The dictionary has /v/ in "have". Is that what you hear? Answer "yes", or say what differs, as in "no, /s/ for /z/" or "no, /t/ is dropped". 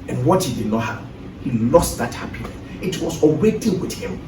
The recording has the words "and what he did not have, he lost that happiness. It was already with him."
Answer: no, /p/ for /v/